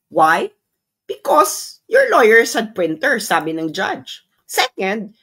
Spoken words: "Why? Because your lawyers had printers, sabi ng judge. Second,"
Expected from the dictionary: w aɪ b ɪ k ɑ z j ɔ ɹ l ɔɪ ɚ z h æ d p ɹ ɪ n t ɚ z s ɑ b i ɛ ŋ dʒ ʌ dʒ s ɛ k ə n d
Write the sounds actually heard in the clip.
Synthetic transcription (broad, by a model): w aɪ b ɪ k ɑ s j ɔ ɹ l ɔɪ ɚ s h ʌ d p ɹ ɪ n t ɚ s ɑ b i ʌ ŋ dʒ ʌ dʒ s ɛ k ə n d